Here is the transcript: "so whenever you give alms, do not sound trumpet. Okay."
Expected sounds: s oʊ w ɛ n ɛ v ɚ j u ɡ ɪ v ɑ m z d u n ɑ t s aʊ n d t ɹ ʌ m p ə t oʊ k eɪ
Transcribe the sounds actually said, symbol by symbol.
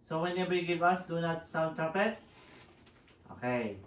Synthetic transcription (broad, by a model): s oʊ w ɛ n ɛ b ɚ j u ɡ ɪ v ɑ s d u n ɑ t s aʊ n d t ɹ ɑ p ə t oʊ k eɪ